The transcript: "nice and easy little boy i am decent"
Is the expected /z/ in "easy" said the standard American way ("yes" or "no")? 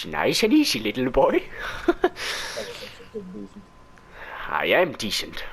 no